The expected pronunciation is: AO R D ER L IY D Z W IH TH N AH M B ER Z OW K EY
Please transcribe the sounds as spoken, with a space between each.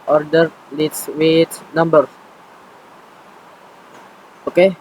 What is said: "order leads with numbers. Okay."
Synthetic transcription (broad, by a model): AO R D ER L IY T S W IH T N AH M B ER OW K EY